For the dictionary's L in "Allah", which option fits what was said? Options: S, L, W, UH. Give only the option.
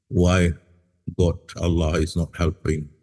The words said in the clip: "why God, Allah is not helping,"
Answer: L